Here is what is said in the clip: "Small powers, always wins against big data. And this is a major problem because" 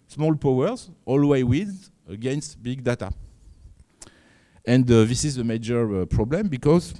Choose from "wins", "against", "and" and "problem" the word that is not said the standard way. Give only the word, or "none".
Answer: wins